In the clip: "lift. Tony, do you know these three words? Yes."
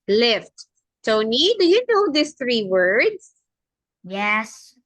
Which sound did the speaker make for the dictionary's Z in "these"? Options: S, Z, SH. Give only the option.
S